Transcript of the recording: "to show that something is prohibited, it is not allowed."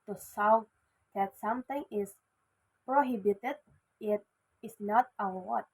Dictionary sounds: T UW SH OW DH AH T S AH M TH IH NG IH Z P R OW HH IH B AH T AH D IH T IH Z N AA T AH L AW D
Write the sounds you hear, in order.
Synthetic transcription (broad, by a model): T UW S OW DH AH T S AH M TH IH NG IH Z P R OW HH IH B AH T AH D IH T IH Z N AA T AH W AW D